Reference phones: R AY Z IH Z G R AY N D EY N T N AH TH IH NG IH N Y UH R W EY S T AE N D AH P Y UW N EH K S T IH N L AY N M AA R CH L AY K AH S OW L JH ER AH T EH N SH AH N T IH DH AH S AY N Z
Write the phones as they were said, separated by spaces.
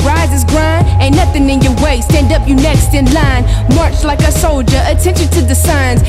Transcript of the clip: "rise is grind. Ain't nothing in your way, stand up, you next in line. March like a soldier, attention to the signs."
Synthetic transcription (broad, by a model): R AY Z IH Z G R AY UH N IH N AH TH IH NG IH N Y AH R W EY S T AE N D AH P Y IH N EH K S T IH N L AY N M AA R CH L AY K AH S OW L JH ER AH T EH N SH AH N T IH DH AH S AY N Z